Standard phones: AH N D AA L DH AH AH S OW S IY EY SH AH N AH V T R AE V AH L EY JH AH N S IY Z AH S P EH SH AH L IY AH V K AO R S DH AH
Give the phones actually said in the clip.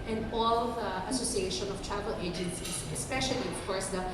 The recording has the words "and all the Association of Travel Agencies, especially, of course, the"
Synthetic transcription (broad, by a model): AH N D AA L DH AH AH S OW S IY EY SH AH N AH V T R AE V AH L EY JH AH N S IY S AH S P EH SH AH L IY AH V K AO R S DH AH